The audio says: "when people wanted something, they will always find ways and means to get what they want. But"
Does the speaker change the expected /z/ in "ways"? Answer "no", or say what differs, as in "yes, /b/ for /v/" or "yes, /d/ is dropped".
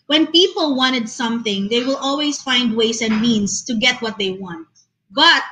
yes, /s/ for /z/